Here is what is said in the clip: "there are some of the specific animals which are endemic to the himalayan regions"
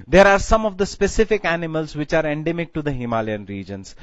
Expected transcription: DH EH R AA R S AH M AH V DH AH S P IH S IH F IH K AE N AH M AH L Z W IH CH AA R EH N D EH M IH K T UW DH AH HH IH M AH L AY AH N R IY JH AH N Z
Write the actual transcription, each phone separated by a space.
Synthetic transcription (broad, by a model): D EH R AA R S AH M AH V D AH S P IH S IH F IH K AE N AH M AH L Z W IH CH AA R EH N D EH M IH K T UW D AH HH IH M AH L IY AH N R IY JH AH N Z